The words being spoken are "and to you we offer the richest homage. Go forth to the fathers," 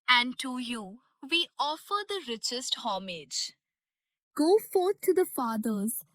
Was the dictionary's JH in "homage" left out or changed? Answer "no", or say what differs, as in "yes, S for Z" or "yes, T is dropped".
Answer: no